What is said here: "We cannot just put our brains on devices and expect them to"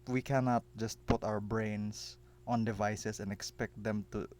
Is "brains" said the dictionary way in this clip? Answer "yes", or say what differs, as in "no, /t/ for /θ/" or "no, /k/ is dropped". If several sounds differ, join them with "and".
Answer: no, /s/ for /z/